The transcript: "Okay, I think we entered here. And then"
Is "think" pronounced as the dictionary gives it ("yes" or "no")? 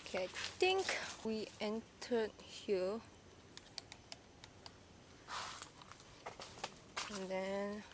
no